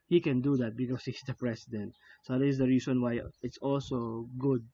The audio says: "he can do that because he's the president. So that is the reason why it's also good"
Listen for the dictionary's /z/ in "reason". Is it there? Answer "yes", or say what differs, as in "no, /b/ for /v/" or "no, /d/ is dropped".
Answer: no, /s/ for /z/